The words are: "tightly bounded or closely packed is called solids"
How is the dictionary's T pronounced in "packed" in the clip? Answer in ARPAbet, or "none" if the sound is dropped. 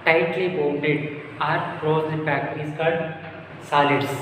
none